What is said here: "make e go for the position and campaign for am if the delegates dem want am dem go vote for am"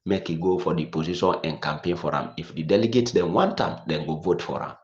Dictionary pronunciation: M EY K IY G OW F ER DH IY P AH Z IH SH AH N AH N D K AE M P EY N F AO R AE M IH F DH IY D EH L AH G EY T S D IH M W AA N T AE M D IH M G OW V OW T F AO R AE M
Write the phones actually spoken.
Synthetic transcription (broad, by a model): M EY K IY G OW F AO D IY P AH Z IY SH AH N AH N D K AE M P EY N F AO R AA M IH F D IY D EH L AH G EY T D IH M W AA N T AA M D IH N G OW V OW T F AO R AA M